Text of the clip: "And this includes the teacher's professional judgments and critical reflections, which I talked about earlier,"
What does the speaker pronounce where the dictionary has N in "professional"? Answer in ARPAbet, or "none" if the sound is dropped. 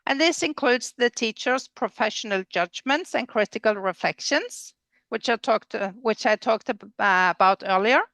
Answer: N